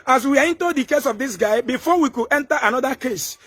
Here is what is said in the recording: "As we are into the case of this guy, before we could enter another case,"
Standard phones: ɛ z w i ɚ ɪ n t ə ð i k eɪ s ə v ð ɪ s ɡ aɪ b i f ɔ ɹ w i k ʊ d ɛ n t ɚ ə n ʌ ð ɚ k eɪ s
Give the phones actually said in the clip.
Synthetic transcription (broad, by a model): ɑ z w i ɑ ɪ n t ə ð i k eɪ s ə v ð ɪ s ɡ aɪ b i f ɔ w i k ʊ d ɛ n t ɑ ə n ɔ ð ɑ k eɪ s